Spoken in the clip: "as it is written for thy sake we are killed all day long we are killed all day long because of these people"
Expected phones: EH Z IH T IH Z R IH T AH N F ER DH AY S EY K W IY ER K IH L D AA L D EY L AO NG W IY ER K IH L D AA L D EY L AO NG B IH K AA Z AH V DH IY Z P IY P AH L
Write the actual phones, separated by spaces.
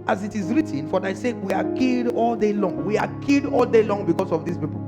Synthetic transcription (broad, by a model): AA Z IH T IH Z R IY T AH N F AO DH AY S EY K W IY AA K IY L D AA L D EY L AO NG W IY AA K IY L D AA L D EY L AO NG B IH K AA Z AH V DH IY S P IY P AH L